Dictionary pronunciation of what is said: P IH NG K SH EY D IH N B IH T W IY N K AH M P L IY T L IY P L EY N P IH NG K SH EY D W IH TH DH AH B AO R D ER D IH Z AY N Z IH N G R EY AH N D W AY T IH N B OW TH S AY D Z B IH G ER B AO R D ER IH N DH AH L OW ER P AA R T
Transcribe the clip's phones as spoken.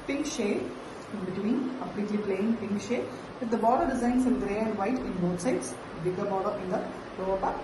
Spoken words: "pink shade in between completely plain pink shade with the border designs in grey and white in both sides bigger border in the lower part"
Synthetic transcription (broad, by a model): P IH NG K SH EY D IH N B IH T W IY N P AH P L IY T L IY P L EY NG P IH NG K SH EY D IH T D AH B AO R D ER D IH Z AY N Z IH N G R EY AH N D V AY T IH N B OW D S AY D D B IH G ER B AO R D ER IH N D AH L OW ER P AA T